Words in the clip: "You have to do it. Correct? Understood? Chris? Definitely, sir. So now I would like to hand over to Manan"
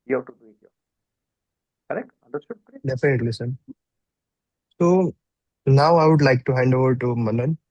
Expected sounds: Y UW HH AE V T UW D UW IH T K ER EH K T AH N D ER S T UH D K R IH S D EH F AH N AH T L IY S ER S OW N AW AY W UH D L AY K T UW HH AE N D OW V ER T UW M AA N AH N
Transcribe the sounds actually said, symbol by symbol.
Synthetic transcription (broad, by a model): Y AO T UW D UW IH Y K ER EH K T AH N D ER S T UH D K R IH D EH F AH N AH T L IY S ER S OW N AW AY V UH D L AY K T UW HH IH N D OW V ER T UW M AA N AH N